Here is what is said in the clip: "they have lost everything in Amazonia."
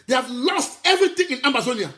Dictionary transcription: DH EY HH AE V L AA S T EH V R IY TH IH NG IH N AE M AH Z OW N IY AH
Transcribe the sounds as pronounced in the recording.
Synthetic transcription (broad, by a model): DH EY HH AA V L AA S T EH V R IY T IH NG IH N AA M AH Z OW N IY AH